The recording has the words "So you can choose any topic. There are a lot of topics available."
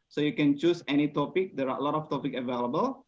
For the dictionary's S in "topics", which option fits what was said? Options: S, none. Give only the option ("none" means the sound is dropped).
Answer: none